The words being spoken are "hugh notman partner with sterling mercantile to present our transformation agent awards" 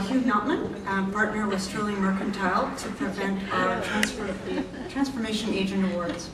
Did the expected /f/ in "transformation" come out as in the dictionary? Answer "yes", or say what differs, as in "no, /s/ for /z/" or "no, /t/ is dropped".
yes